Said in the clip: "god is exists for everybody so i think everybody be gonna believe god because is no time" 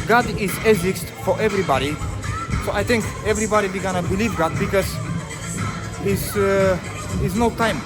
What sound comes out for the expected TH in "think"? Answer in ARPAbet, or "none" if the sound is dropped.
T